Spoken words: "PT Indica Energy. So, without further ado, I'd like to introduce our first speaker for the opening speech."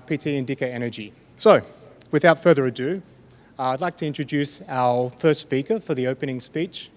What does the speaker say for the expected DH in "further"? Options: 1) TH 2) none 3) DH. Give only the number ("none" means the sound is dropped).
3